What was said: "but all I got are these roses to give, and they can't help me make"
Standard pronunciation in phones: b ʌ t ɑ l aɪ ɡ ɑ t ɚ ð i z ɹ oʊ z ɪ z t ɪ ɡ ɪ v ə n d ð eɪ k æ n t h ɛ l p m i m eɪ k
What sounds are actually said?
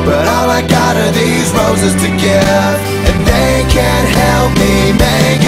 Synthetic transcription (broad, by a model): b ʌ t ɑ l aɪ ɡ ɑ t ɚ ð i z ɹ oʊ z ɪ z t ɪ ɡ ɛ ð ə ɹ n ð eɪ k æ n t h ɛ l p m i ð eɪ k